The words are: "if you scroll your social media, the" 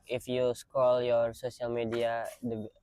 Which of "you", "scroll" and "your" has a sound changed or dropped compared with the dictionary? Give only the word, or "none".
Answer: scroll